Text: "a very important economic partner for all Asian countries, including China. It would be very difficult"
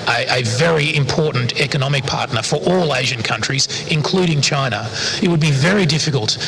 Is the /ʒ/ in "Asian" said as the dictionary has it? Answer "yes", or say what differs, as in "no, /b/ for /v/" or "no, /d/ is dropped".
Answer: yes